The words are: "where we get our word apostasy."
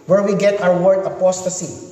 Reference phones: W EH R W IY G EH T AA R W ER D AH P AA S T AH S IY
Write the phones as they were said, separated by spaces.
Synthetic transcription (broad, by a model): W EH R W IY G EH T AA W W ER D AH P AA S T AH S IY